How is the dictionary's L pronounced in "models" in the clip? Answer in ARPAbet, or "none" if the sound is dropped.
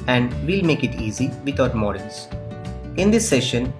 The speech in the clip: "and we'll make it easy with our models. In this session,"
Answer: N